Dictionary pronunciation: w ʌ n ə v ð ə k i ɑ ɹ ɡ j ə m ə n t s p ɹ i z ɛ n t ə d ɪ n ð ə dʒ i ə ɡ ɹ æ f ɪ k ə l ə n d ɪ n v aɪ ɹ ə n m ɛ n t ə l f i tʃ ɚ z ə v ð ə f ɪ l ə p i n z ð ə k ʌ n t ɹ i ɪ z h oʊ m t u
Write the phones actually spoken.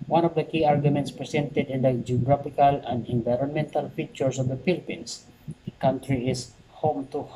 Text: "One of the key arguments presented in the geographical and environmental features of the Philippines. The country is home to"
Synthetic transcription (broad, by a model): w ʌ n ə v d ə k i ɑ ɹ ɡ j ə m ə n t s p ɹ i s ɛ n t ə d ɪ n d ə dʒ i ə ɡ ɹ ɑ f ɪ k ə l ə n d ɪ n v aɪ ɹ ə n m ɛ n t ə l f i tʃ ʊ s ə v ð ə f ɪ l p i n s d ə k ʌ n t ɹ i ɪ s h oʊ m t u